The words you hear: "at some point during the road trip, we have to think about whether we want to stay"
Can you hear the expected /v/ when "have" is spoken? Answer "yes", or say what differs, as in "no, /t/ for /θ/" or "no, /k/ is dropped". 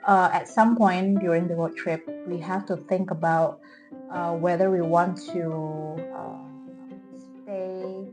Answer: no, /f/ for /v/